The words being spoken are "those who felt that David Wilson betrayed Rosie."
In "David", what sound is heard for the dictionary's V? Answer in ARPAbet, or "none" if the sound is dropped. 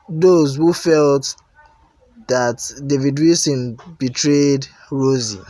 V